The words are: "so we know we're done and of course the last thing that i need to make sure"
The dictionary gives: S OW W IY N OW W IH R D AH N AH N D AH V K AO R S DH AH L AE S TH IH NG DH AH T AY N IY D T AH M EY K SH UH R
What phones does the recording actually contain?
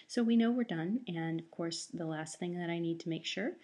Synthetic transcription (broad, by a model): S OW W IY N OW W IH R D AH N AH N AH V K AO R S DH AH L AE S TH IH NG DH AH T AY N IY D T AH M EY K SH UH R